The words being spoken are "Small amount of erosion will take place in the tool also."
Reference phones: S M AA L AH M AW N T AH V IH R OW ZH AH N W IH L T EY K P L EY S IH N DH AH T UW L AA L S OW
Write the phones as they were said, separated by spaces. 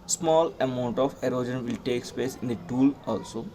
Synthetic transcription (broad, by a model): S M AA L AH M AW N T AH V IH R OW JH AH N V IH L T EY K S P EY S IH N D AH T UW L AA L S OW